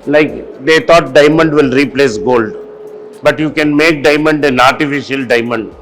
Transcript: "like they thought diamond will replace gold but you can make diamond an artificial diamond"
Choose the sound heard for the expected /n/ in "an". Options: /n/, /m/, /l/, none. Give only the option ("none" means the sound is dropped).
/n/